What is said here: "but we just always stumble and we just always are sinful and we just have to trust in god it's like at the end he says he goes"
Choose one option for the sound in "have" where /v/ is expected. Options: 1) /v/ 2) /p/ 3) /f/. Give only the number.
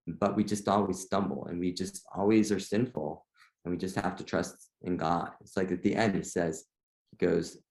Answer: 3